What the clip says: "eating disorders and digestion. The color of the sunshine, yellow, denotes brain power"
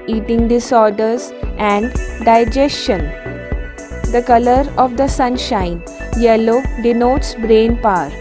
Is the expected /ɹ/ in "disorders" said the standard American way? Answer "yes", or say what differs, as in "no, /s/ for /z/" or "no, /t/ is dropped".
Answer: yes